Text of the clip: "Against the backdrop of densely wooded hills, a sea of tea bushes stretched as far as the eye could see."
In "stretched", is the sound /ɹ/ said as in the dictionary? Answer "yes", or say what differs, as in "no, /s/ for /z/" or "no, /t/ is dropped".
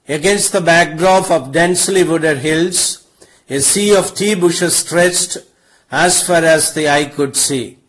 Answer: yes